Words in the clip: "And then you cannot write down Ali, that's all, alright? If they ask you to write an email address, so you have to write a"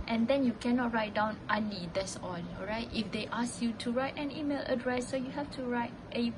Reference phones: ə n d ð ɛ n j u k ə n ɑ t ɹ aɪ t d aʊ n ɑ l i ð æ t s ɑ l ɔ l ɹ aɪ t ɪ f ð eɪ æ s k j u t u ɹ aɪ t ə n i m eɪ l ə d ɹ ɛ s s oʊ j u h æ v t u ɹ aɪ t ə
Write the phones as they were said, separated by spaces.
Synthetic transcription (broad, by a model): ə n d ɛ n j u k ə n ɑ t ɹ aɪ t d aʊ n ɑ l i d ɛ t s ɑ n ɔ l ɹ aɪ t ɪ f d eɪ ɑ s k j u t u ɹ aɪ t ə n i m eɪ l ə d ɹ ɛ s s oʊ j u h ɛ f t u ɹ aɪ t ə